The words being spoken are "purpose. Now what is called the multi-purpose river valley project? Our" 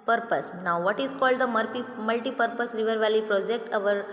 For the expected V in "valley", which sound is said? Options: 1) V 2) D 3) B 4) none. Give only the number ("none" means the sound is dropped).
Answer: 1